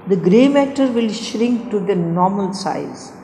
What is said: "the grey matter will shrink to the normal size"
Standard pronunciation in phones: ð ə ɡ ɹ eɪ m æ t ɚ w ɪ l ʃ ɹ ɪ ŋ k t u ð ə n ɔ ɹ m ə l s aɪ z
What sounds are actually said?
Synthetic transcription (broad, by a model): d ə ɡ ɹ eɪ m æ t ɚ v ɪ l ʃ ɹ ɪ ŋ k t u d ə n ɔ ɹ m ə l s aɪ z